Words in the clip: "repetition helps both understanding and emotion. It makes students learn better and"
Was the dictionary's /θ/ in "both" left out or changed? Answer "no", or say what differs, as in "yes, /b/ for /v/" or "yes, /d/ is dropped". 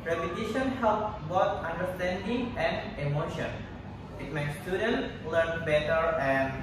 yes, /t/ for /θ/